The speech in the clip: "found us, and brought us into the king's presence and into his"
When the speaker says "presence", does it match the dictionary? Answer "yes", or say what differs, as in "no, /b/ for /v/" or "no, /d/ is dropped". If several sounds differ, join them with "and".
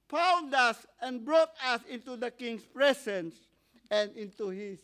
no, /s/ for /z/